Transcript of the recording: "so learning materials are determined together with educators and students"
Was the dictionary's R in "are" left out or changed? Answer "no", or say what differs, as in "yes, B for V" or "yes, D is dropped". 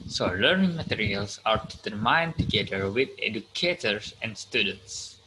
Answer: no